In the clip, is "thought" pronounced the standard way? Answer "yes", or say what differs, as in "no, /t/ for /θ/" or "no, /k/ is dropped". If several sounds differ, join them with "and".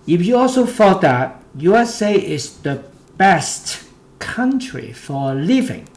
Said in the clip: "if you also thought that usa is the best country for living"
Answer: no, /f/ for /θ/